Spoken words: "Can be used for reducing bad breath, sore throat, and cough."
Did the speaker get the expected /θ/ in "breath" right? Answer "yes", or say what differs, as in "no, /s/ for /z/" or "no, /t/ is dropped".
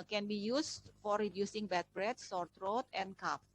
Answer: no, /t/ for /θ/